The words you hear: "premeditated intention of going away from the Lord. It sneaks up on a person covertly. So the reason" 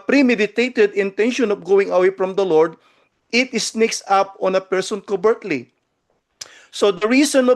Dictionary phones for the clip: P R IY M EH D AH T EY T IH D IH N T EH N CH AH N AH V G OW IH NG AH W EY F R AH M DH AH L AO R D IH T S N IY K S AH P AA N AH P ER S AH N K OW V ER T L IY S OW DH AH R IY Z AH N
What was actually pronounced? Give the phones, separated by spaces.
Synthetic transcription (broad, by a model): P R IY M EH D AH T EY T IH D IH N T EH N SH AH N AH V G OW IH NG AH W EY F R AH M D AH L AO R D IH T S N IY K S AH P AA N AH P ER S AH N K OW B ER T L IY S OW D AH R IY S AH N